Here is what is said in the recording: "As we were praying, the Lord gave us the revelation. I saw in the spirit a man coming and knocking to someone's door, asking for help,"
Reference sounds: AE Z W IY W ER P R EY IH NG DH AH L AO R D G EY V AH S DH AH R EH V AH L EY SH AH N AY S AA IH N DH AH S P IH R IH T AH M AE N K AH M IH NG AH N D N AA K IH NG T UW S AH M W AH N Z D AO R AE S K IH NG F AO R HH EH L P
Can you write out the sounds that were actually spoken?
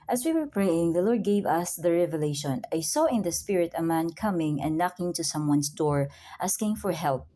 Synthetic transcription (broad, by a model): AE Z W IY W ER P R EY IH NG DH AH L AO R D G EY V AH S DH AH R EH V AH L EY SH AH N AY S AA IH N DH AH S P IH R IH T AH M AE N K AH M IH NG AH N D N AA K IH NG T UW S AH M W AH N S D AO R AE S K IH NG F AO R HH EH L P